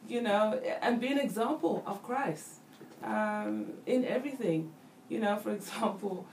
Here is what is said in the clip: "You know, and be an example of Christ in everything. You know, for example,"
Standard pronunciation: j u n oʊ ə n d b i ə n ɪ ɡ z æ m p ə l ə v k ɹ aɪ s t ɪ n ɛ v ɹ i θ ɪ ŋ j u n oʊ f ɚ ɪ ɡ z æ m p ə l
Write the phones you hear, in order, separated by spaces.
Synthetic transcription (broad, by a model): j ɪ n oʊ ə n b i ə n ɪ ɡ z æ m p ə l ə v k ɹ aɪ s t ɪ n ɛ v ɹ i θ ɪ ŋ j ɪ n oʊ f ɚ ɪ ɡ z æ m p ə l